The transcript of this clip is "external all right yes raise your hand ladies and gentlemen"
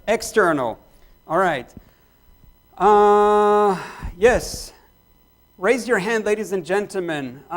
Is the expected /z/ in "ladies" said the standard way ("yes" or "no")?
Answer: yes